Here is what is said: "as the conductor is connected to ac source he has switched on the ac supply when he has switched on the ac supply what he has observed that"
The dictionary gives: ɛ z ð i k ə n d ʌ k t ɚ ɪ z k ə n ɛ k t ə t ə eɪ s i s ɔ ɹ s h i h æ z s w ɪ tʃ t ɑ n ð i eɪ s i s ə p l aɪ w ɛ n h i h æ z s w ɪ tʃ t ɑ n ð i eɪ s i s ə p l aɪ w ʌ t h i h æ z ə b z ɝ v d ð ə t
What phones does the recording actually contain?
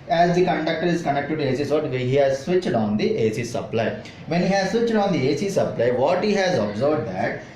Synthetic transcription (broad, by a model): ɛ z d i k ə n d ʌ k t ɚ ɪ z k ə n ɛ k t ə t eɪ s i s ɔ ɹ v h i h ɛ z s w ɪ tʃ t ɑ n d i eɪ s i s ə p l aɪ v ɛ n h i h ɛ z s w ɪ tʃ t ɑ n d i eɪ s i s ə p l aɪ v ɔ t h i h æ z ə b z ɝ b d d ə t